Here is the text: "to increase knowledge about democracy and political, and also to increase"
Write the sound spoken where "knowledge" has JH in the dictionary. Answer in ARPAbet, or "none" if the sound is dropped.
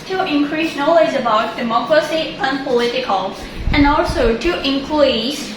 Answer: Z